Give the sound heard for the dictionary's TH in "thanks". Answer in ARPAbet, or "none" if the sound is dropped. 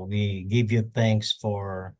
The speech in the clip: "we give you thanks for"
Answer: TH